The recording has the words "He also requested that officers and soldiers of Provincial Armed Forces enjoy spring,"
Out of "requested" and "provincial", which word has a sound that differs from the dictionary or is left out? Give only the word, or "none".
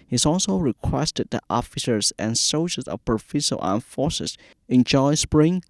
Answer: provincial